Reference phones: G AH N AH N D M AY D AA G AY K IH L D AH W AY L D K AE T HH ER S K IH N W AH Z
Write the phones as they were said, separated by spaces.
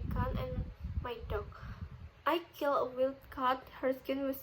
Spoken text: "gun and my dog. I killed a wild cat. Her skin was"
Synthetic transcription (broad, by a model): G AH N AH N M AY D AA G AY K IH L AH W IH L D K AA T HH ER S K IH N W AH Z